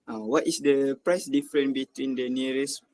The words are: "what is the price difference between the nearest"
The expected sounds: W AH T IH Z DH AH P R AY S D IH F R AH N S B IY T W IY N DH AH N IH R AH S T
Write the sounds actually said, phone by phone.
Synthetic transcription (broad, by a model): W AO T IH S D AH P R AY S D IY F R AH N B IY T W IY N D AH N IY R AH S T